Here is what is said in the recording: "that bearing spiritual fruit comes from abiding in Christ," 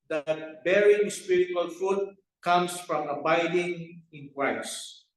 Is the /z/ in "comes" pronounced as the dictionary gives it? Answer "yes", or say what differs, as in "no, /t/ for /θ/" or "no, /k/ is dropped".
no, /s/ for /z/